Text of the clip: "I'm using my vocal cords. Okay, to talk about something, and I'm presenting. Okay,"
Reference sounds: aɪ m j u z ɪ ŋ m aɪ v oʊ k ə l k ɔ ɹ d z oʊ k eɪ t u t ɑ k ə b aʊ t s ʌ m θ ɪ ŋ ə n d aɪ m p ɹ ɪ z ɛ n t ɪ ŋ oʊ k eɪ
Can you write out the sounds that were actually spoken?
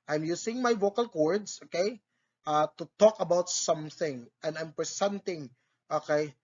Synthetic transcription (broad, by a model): aɪ m j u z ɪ ŋ m aɪ v oʊ k ə l k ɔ ɹ d s oʊ k eɪ t u t ɑ k ə b aʊ t s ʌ m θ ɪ ŋ ə n d aɪ m p ɹ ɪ s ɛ n t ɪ ŋ oʊ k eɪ